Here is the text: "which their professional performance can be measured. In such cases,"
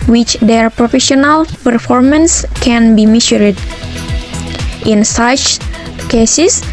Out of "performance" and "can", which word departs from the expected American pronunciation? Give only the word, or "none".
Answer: none